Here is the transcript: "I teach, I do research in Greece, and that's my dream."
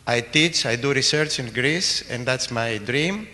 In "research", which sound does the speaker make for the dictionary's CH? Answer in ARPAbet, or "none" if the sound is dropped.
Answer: CH